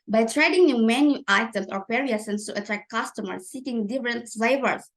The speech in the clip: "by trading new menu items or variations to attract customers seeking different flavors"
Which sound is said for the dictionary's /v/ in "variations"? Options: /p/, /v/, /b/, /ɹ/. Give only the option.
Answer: /p/